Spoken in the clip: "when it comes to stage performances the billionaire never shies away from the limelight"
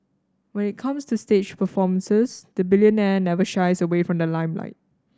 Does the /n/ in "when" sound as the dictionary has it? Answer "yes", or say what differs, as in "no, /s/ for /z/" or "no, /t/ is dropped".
yes